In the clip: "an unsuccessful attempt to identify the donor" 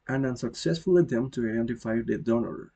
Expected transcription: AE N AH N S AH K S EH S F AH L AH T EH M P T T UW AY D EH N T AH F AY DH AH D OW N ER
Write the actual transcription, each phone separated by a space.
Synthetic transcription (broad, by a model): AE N AH N S AH K S EH S F AH L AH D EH M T T UW AY D EH N T AH F AY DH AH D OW N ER